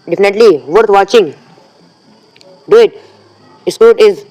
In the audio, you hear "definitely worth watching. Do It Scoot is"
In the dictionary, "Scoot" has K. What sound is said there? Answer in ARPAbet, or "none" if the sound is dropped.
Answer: none